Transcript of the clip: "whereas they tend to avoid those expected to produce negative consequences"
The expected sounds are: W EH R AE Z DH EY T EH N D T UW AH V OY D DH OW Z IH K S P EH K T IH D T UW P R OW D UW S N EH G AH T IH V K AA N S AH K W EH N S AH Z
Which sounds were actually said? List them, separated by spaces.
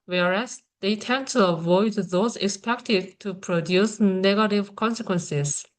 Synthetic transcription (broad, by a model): W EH R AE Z DH EY T EH N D T UW AH V OY D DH OW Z IH K S P EH K T IH D T UW P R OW D UW S N EH G AH T IH V K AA N S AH K W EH N S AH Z